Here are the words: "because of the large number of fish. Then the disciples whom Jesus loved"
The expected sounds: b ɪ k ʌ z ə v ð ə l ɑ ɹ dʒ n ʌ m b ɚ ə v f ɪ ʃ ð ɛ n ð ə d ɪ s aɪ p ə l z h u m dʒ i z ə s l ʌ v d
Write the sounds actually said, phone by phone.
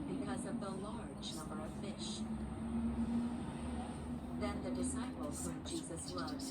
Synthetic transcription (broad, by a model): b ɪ k ʌ z ə v ð ə l ɑ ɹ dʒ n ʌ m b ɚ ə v f ɪ ʃ ð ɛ n ð ə d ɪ s aɪ p l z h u dʒ i z ə s l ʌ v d